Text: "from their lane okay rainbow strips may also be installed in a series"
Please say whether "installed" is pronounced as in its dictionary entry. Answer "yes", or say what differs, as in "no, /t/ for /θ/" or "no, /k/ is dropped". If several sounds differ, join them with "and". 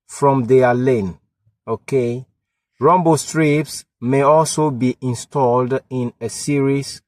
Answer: yes